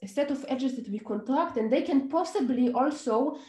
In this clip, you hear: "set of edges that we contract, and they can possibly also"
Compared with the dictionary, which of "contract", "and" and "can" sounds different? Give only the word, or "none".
none